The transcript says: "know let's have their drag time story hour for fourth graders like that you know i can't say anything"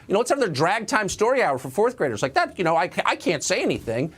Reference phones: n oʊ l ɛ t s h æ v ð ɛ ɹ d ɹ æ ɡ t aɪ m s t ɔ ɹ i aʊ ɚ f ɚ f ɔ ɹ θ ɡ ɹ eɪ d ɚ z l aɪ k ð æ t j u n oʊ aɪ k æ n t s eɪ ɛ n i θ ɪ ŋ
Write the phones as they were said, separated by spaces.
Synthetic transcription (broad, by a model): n oʊ w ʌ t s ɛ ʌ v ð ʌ ɹ d ɹ æ ɡ t aɪ m s t ɔ ɹ i aʊ ɚ f ɚ f ɔ ɹ θ ɡ ɹ eɪ d ɚ z l aɪ k ð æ t j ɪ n oʊ aɪ k æ n t s eɪ ɛ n i θ ɪ ŋ